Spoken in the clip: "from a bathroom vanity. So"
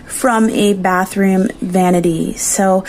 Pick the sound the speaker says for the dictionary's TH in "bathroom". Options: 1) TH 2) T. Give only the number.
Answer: 1